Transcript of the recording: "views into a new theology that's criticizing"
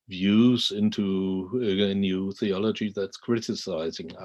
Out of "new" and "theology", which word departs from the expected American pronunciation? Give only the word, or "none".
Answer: none